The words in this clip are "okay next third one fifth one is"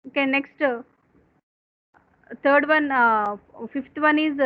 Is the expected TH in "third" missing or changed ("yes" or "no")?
yes